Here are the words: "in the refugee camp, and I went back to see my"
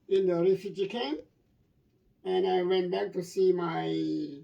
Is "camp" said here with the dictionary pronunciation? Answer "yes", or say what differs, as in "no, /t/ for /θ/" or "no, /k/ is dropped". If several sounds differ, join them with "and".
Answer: no, /p/ is dropped